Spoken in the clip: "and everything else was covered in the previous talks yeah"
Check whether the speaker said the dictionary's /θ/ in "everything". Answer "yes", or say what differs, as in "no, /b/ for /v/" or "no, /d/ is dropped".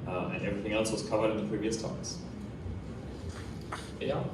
yes